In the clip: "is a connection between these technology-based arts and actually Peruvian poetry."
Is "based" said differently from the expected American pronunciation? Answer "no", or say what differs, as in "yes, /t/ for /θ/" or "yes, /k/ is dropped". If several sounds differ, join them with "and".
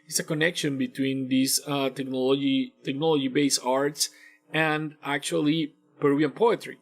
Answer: yes, /t/ is dropped